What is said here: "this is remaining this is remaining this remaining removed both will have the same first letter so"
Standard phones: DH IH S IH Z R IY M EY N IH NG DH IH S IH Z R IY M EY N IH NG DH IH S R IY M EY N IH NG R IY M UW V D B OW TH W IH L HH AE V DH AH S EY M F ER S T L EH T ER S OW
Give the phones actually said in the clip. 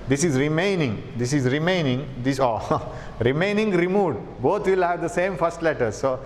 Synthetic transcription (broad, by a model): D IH S IH Z R IY M EY N IH NG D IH S IH Z R IY M EY N IH NG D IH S R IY M EY N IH NG R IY M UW D B OW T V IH L HH AE V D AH S EY M F ER S T L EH T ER S OW